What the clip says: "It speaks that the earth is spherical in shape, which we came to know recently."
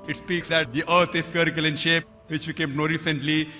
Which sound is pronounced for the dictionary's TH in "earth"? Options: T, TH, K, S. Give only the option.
T